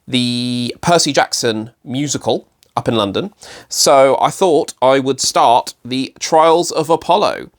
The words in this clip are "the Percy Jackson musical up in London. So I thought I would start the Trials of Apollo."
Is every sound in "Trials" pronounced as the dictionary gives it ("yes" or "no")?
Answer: yes